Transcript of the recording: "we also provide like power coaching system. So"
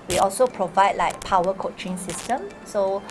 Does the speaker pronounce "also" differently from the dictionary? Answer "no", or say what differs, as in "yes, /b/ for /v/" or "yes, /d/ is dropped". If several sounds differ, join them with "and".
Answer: no